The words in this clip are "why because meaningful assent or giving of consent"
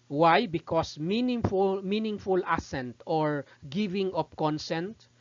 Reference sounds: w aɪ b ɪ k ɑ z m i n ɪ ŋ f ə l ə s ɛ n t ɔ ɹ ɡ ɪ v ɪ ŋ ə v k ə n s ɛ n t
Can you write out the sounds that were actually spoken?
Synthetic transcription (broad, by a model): w aɪ b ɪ k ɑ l m i n ɪ ŋ f ə l ə s ɛ n t ɔ ɹ ɡ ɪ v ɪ ŋ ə p k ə n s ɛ n t